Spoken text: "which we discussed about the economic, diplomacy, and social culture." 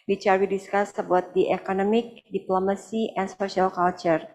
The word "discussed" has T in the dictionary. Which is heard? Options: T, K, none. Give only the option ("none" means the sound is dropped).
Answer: none